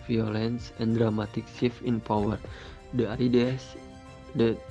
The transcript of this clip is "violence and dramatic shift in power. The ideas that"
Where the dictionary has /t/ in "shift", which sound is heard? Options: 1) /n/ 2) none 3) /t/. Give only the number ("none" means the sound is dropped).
2